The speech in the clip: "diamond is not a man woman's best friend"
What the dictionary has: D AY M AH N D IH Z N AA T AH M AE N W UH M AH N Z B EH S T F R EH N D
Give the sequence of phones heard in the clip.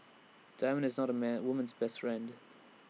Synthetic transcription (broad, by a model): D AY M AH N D IH Z N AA T AH M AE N W UH M AH N Z B EH S T F R EH N D